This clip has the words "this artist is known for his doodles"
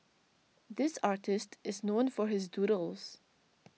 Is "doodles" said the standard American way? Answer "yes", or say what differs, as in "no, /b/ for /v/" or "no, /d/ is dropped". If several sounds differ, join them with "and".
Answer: yes